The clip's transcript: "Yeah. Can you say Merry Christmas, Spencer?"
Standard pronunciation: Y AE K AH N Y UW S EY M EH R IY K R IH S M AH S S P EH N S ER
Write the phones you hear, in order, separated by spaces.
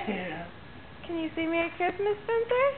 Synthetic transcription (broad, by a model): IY K AH N Y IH S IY M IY IY K R IH S M AH S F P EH N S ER